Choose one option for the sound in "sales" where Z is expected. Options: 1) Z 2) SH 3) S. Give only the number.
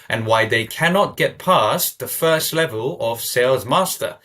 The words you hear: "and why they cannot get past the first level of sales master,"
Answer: 1